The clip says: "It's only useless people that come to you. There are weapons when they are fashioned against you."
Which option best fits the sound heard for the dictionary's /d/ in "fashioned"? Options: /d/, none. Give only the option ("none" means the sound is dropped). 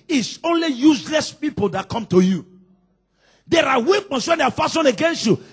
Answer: none